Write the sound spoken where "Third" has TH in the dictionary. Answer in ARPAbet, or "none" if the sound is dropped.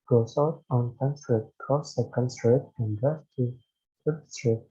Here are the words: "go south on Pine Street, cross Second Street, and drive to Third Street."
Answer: F